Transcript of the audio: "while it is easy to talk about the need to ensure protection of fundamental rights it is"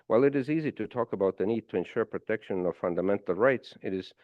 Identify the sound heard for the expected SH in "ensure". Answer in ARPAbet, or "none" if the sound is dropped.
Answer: SH